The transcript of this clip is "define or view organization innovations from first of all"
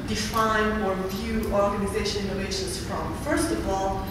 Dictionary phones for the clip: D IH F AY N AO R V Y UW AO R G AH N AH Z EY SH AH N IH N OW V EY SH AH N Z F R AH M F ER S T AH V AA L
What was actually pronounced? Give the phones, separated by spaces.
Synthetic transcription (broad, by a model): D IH F AY N AO R V Y UW AO R G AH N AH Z EY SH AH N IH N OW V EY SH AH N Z F R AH M F ER S T AH V AA L